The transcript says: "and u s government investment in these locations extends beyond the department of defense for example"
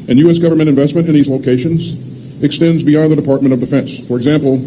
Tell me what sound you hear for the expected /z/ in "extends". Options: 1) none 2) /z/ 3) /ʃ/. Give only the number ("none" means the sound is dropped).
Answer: 2